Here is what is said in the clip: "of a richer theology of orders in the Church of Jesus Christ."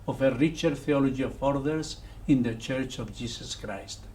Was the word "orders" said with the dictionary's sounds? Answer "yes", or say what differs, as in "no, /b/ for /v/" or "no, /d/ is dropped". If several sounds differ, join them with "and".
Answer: no, /s/ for /z/